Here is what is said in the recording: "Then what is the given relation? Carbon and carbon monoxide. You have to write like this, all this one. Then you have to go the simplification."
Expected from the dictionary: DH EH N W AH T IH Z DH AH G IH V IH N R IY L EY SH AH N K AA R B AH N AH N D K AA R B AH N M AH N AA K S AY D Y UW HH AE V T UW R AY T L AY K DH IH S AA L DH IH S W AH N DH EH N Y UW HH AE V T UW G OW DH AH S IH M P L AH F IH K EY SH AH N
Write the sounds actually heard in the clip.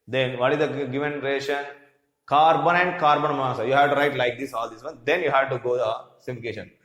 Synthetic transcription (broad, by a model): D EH N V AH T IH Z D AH G IH V IH N R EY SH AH N K AA R B AH N AH N D K AA R B AH N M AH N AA S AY Y UW HH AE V T UW R AY T L AY K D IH S AA L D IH S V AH N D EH N Y UW HH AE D T UW G OW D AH S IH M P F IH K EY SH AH N